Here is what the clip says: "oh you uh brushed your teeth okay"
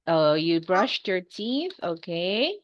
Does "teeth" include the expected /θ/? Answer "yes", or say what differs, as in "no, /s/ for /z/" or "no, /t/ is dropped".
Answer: yes